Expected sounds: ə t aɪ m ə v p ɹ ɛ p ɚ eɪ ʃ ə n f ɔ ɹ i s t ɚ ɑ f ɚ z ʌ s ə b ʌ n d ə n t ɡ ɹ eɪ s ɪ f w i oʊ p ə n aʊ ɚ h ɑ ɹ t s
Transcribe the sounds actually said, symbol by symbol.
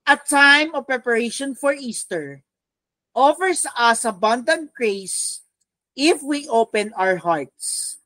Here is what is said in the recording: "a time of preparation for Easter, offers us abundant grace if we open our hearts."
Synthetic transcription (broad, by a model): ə t aɪ m ə v p ɹ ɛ p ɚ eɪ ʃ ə n f ɔ ɹ i s t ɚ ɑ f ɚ s ʌ s ə b ʌ n d ə n t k ɹ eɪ s ɪ f w i oʊ p ə n aʊ ɚ h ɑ ɹ t s